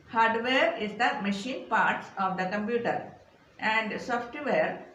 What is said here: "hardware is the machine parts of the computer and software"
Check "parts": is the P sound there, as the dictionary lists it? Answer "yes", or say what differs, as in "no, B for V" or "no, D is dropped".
yes